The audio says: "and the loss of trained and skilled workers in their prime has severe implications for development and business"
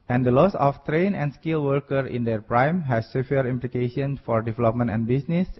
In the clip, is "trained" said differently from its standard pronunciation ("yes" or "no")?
yes